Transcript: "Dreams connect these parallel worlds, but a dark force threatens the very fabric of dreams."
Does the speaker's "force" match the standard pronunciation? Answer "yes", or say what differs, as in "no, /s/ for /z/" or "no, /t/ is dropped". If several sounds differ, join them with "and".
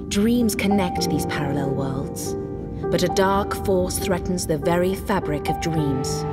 yes